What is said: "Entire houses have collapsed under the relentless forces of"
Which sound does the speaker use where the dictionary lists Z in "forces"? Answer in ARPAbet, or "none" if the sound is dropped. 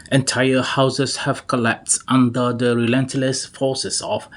S